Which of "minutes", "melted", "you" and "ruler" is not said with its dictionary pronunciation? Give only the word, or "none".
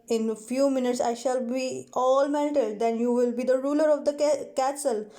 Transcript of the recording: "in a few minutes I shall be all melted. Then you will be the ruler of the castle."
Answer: melted